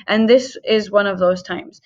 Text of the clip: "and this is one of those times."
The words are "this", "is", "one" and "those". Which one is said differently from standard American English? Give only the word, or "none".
none